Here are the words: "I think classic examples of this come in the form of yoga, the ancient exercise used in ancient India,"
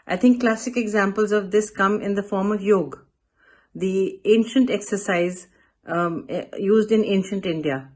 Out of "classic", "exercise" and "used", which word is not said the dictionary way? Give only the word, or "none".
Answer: none